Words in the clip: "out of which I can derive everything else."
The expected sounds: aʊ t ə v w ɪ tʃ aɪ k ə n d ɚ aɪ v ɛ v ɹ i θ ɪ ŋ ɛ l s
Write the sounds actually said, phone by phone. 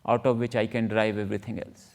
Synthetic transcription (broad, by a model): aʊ t ə v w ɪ tʃ aɪ k ə n d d aɪ v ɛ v ɹ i t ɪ ŋ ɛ l s